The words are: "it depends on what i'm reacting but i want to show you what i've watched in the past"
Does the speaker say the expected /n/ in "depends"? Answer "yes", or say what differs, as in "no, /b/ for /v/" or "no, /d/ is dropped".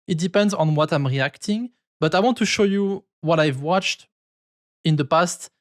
yes